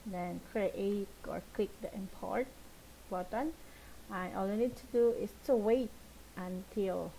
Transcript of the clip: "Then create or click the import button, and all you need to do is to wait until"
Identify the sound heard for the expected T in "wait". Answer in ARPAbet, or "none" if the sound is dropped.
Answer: T